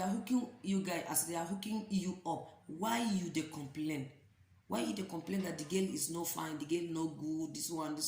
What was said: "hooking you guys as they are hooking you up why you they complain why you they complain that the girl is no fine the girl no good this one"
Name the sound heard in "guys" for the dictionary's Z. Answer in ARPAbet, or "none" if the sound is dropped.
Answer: none